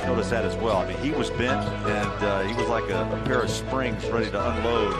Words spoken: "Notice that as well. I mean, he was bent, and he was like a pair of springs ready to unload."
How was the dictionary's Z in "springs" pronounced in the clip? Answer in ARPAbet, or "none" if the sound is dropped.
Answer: Z